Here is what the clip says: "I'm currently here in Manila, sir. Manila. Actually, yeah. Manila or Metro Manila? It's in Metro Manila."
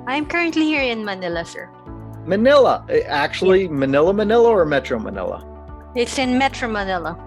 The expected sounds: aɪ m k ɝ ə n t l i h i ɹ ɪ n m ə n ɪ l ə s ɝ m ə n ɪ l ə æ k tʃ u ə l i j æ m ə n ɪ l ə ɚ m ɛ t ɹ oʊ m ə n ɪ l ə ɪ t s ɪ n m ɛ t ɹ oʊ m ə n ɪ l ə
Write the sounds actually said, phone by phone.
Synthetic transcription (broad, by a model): aɪ m k ɝ ə n t l i h i ɹ ɪ n m ə n ɪ l ə s ɝ m ə n ɪ l ə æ k tʃ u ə n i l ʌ m ə n ɪ l ə ɚ m ɛ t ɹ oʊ m ə n ɪ l ə ɪ t s ɪ n m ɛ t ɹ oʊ m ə n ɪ l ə